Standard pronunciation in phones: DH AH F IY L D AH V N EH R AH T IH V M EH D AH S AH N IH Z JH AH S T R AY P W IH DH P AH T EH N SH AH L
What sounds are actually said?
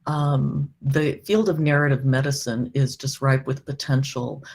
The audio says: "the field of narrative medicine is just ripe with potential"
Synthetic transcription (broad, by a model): DH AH F IY L D AH V N EH R AH T IH V M EH D AH S AH N IH Z JH AH S T R AY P W IH DH P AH T EH N SH L